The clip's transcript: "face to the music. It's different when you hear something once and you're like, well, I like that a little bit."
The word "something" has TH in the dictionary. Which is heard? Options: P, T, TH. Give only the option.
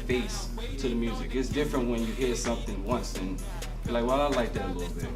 TH